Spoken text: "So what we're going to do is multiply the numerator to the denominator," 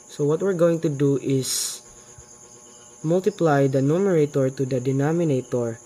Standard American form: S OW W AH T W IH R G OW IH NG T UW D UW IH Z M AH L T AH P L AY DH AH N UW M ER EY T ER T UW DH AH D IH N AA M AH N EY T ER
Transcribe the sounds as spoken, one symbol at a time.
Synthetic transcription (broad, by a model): S OW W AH T W IH R G OW IH NG T UW D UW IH S M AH L T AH P L AY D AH N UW M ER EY T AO T UW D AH D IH N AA M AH N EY T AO